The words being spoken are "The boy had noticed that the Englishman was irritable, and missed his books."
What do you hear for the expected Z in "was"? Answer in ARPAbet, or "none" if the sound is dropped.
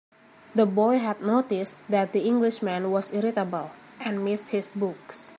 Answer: S